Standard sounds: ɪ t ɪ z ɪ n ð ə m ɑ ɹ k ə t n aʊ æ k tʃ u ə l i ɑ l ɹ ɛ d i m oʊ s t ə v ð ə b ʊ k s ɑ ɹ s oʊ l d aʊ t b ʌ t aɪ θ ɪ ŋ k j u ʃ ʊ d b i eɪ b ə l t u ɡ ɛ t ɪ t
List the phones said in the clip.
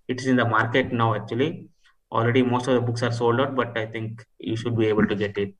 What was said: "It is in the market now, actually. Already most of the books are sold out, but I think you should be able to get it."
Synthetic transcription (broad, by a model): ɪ t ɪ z ɪ n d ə m ɑ ɹ k ə t n aʊ æ k tʃ u ə l i ɑ l ɹ ɛ d i m oʊ s t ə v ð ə b ʊ k s ɑ ɹ s oʊ l d aʊ t b ʌ t aɪ t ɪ ŋ k j u ʃ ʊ d b i eɪ b ə l t u ɡ ɛ t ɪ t